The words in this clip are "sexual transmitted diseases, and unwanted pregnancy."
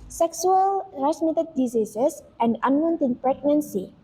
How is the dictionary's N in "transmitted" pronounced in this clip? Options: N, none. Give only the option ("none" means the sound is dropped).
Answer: none